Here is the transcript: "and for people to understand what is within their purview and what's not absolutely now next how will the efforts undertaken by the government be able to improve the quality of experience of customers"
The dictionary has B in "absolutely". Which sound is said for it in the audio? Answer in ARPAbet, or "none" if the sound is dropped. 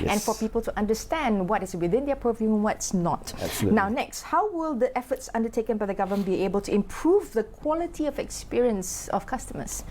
none